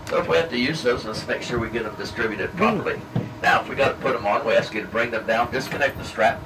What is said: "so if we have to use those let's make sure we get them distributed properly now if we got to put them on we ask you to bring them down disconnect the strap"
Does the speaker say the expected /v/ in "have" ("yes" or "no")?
no